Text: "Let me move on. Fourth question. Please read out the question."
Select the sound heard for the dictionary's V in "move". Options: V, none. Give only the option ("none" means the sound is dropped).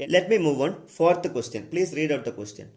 V